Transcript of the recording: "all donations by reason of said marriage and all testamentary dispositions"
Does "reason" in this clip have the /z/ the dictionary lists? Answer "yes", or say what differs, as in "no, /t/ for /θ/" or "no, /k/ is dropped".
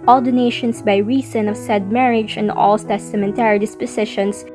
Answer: no, /s/ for /z/